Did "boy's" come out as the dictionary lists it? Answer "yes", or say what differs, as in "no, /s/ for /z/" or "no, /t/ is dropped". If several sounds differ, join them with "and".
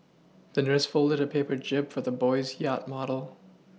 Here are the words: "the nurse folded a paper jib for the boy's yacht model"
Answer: yes